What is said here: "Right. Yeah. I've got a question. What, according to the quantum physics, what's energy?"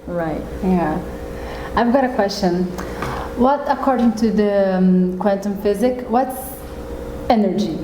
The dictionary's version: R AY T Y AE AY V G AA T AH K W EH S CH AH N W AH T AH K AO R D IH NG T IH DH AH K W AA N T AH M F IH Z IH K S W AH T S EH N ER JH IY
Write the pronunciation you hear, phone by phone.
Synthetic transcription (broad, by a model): R AY T Y AE AY V G AA T AH K W EH S CH AH N W AH T AH K AO R D IH NG T IH DH AH K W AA N T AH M F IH Z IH K W AH T S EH N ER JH IY